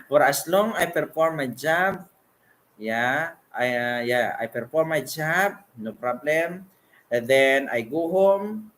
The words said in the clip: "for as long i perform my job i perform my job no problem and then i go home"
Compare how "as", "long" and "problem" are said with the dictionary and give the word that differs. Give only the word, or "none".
as